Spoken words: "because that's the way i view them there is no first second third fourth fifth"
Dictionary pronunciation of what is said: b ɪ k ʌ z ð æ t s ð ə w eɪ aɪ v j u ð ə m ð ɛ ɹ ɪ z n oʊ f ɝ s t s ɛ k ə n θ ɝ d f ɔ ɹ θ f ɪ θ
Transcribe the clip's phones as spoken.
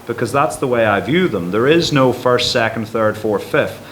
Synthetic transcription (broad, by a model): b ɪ k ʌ z ð æ t s ð ə w eɪ aɪ v j u ð ə m ð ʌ ɹ ɪ z n oʊ f ɝ s t s ɛ k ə n θ ɝ d f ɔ ɹ f ɪ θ